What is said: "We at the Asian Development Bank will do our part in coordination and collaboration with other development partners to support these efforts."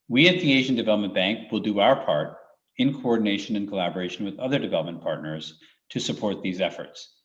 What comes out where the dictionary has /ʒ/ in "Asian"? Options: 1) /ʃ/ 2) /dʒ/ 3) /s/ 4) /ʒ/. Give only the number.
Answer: 4